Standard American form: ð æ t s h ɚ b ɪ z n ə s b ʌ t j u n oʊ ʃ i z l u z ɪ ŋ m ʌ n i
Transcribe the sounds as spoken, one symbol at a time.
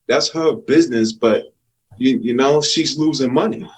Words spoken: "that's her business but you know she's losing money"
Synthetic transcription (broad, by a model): ð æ t s h ɚ b ɪ z n ə s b ʌ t j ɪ n oʊ ʃ i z l u z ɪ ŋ m ʌ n i